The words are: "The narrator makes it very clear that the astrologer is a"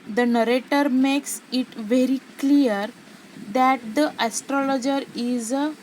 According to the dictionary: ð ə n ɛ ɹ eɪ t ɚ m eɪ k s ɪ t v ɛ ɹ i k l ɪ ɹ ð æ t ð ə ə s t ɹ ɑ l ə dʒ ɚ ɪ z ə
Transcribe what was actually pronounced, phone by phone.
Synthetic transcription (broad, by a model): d ə n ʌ ɹ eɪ t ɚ m eɪ k s ɪ t v ɛ ɹ i k l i ɹ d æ t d ə ə s t ɹ ɑ l ə dʒ ɚ ɪ z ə